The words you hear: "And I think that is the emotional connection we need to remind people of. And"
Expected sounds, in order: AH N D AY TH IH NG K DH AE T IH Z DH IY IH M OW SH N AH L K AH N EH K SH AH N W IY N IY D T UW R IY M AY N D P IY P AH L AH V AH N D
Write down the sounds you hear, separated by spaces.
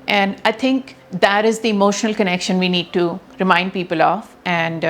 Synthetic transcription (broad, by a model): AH N D AY T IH NG K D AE T IH Z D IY IH M OW SH N AH L K AH N EH K SH AH N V IY N IY D T UW R IY M AY N D P IY P AH L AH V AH N D